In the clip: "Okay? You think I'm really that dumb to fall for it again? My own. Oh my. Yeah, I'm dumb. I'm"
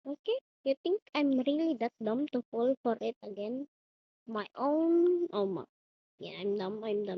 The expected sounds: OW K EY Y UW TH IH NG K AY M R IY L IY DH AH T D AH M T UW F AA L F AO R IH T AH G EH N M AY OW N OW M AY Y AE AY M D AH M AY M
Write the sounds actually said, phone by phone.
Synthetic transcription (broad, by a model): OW K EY Y UW T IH NG K AY M R IY L IY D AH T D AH M T UW F AA L F AO R IH T AH G EH N M AY OW N OW M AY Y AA AY M D AH M AY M